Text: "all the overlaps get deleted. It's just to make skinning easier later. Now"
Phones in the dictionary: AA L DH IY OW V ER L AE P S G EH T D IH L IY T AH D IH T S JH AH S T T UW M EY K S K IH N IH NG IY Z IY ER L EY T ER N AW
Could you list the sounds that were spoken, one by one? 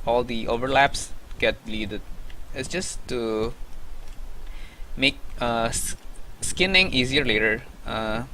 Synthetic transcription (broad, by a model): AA L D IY OW V ER L AE P S G EH T L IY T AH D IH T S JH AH S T T UW M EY K S K IH N IH NG IY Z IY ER L EY T ER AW